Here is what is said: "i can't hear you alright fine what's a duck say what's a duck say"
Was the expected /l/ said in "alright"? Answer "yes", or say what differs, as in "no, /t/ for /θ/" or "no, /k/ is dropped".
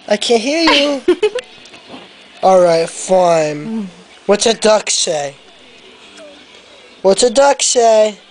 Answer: yes